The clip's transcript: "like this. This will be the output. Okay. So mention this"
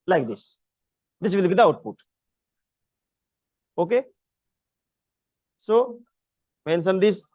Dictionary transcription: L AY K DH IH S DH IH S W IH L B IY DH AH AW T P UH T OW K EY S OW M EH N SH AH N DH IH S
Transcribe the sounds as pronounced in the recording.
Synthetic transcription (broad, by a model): L AY K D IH S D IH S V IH L B IY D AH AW T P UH T OW K EY S OW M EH N S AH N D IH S